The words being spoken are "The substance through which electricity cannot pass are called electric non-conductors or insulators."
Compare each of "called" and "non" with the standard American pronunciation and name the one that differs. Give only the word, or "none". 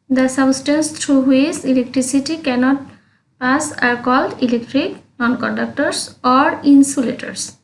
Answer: none